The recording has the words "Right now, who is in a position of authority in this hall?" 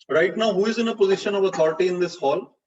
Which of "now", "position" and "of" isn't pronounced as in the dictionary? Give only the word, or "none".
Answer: none